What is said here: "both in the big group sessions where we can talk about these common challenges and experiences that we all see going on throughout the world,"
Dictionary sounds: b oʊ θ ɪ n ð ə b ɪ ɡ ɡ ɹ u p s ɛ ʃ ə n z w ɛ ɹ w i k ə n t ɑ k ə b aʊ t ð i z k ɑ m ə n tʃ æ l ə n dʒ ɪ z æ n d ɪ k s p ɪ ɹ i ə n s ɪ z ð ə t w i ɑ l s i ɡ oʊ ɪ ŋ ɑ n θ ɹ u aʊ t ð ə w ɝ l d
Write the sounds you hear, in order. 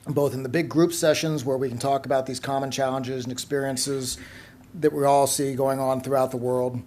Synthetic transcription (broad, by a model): b oʊ θ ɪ n ð ə b ɪ ɡ ɡ ɹ u p s ɛ ʃ ə n z w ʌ ɹ w i k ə n t ɑ k ə b aʊ t ð i z k ɑ m ə n tʃ æ l ə n dʒ ɪ z n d ɪ k s p ɪ ɹ i ə n s ɪ z ð ə t w i ɑ l s i ɡ oʊ ɪ ŋ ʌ n θ ɹ u aʊ t ð ə w ɝ l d